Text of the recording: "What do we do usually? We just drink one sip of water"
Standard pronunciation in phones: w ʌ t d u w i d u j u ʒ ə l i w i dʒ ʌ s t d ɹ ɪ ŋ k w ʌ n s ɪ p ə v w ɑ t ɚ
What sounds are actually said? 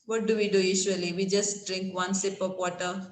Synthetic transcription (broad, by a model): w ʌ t d u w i d u j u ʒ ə l i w i dʒ ʌ s t d ɹ ɪ ŋ k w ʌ n s ɪ p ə p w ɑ t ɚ